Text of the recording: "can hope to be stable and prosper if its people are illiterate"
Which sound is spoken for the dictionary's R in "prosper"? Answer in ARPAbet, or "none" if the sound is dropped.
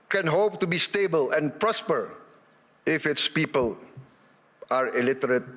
R